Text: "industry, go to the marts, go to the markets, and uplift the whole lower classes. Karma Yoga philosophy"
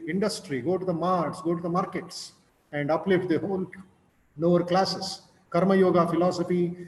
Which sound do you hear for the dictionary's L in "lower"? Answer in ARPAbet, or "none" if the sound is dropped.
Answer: N